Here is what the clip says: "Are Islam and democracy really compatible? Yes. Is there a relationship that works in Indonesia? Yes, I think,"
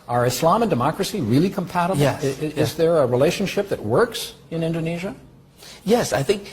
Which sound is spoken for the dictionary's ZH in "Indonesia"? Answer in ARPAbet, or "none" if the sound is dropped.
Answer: ZH